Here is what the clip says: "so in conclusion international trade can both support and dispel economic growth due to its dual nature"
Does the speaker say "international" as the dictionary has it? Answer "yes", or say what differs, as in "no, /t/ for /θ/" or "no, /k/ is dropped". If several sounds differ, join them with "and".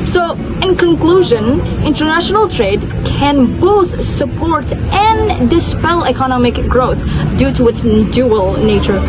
yes